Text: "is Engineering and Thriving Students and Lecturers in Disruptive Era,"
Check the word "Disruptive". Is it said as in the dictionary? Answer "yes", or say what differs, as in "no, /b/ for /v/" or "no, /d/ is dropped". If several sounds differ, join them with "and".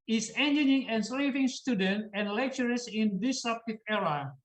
no, /ɹ/ is dropped